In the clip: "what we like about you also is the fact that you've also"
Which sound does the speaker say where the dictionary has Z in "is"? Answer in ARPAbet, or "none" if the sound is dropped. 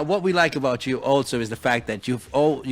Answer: Z